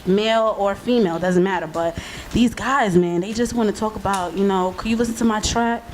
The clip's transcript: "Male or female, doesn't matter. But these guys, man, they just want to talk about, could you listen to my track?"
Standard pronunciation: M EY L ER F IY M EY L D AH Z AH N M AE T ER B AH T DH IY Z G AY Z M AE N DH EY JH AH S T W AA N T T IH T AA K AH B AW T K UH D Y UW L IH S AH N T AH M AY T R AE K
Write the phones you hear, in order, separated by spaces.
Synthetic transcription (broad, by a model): M EY L ER F IY M EY L D AH Z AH N M AE T ER B AH T DH IY Z G AY Z M AE N DH EY JH AH S T W AA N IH T AA K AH B AW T K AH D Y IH L IH S N T AH M AY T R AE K